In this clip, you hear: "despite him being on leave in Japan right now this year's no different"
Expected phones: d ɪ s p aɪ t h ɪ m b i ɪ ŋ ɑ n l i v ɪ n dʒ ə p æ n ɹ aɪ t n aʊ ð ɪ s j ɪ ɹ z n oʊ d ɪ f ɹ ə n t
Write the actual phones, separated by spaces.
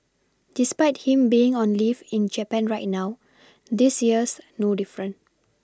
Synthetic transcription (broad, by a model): d ɪ s p aɪ t h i m b i ɪ ŋ ɑ n l i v ɪ n dʒ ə p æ n ɹ aɪ t n aʊ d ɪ s j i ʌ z n oʊ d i f ɹ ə n